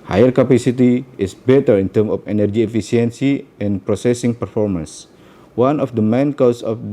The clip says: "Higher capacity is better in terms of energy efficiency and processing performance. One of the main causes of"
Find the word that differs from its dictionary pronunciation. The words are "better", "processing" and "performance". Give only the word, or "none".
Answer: none